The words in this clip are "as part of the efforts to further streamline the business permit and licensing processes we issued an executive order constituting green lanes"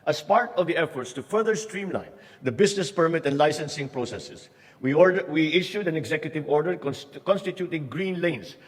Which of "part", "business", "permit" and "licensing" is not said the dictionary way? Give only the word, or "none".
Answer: business